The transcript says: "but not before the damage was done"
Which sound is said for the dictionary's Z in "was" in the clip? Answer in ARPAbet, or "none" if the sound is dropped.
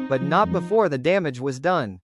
Z